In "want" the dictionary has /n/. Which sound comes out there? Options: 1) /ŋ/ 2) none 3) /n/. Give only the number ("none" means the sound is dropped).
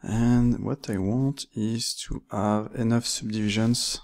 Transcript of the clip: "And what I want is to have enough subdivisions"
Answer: 3